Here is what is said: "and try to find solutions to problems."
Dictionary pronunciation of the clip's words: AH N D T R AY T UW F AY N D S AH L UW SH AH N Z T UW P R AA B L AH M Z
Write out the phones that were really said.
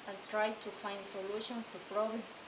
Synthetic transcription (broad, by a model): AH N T R AY T UW F AY N D S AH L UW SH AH N S T UW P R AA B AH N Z